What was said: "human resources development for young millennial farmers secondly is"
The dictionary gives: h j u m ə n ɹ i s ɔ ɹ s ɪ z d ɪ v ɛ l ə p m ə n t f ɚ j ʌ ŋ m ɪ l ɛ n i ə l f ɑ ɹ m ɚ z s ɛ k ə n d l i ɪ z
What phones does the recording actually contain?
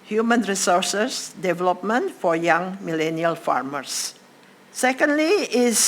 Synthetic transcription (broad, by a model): h j u m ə n ɹ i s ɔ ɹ s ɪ s d ɪ v ɛ l ə p m ə n t f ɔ j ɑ ŋ m ɪ l ɛ n i ə l f ɑ ɹ m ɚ s ɛ k ə n d l i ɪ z